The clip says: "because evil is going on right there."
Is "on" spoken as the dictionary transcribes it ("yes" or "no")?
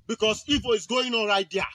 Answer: no